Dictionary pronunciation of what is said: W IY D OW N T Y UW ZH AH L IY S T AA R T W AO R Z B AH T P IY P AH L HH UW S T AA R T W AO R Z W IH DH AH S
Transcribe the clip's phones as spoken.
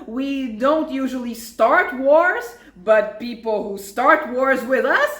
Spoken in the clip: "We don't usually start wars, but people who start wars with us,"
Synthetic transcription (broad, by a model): W IY D OW N T Y UW ZH AH L IY S T AA R T W AO R Z B AH T P IY P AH L HH UW S T AA R T W AO R Z W IH DH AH S